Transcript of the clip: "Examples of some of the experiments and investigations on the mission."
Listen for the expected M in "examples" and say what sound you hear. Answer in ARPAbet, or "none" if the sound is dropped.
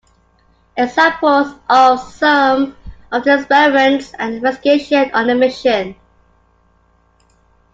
none